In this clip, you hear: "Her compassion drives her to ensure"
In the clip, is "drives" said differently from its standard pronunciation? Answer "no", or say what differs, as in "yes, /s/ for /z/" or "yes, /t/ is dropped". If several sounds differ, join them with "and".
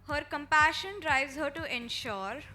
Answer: yes, /v/ is dropped